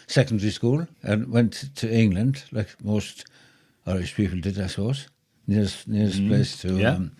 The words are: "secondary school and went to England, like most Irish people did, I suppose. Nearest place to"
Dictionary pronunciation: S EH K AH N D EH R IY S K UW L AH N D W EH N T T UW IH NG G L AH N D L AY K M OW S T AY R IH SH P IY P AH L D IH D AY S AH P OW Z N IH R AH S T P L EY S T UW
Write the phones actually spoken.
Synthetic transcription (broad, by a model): S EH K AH N D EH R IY S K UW L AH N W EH N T T UW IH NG L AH N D L AY K M OW S T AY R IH S P IY P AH L D IH D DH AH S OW S N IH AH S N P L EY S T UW